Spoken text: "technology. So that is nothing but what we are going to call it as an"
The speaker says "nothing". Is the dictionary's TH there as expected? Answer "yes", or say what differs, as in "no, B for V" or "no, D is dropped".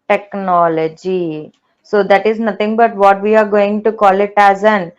no, T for TH